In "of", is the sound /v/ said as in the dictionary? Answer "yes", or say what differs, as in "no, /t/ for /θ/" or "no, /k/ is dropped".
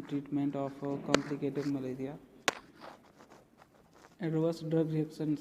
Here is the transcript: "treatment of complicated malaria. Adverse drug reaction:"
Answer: no, /p/ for /v/